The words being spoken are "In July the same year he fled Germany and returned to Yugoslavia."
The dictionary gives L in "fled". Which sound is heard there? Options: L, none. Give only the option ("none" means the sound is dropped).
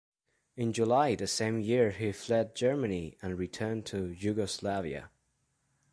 L